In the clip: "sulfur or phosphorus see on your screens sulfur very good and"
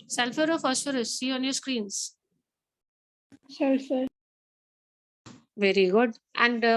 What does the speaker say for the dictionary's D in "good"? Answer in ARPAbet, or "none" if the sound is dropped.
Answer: D